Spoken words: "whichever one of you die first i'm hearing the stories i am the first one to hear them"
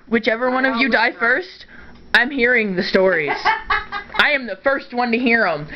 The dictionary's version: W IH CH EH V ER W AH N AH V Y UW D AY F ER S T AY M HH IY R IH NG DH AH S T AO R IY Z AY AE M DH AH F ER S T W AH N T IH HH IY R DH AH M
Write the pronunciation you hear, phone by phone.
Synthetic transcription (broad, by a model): W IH CH EH V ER W AH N AH V Y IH D AY F ER S T AY M HH IY R IH NG DH AH S T AO R IY Z AY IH M DH AH F ER S T W AH N T IH HH IY R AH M